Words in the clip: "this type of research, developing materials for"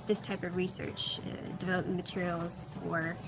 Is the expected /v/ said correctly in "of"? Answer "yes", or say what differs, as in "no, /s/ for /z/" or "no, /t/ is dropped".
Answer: yes